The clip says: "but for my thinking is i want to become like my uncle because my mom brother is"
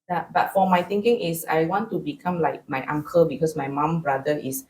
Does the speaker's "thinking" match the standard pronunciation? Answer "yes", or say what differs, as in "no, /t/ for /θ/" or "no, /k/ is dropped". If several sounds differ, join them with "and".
no, /t/ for /θ/